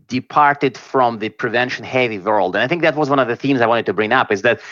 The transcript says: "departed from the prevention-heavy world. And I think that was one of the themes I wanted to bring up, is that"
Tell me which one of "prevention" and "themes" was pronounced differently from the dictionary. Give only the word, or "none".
none